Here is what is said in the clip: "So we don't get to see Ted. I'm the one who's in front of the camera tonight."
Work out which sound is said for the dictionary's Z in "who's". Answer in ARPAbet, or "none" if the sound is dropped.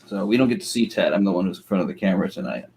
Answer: Z